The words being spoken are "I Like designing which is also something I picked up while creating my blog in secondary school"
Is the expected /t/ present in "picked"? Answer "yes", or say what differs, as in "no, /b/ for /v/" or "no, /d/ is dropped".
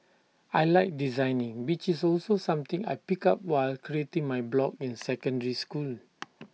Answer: no, /t/ is dropped